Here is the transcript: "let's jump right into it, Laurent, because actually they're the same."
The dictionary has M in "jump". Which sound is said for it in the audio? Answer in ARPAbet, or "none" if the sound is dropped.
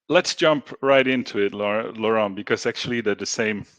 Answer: M